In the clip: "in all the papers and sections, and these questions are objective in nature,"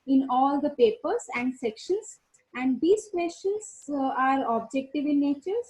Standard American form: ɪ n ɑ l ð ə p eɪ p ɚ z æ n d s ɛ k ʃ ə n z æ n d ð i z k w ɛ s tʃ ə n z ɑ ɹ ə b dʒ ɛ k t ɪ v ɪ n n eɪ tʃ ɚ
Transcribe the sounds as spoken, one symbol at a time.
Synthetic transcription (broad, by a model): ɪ n ɑ l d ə p eɪ p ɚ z æ n d s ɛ k ʃ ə n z æ n d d i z k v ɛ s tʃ ə n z ɑ ɹ ə b dʒ ɛ k t ɪ v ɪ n n eɪ tʃ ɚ